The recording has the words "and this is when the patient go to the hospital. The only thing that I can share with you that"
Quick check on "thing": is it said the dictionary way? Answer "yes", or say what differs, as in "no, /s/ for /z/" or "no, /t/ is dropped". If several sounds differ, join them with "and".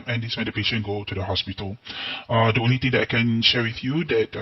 no, /t/ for /θ/